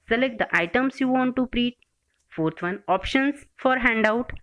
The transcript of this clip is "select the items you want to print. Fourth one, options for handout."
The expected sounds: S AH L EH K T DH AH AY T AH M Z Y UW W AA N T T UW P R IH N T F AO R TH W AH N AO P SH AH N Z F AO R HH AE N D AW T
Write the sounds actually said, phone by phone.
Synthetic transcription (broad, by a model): S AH L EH K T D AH AY T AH M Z Y UW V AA N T T UW P R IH T F AO R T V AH N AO P SH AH N S F AO R HH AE N D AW T